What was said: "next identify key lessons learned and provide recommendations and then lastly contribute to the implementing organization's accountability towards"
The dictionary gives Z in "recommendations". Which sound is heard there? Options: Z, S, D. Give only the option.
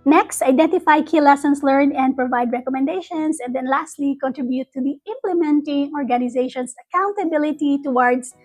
S